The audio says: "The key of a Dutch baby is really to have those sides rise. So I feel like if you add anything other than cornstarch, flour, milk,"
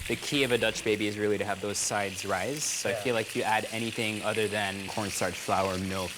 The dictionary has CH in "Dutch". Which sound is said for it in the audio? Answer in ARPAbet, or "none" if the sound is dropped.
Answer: CH